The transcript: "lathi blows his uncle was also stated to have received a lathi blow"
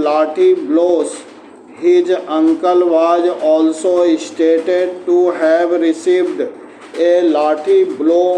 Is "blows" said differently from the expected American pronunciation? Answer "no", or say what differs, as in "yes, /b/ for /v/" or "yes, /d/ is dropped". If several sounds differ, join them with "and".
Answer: yes, /s/ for /z/